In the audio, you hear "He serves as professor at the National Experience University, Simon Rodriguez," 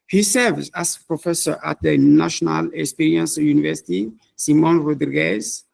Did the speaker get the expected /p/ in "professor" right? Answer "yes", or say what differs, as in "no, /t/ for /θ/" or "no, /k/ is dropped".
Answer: yes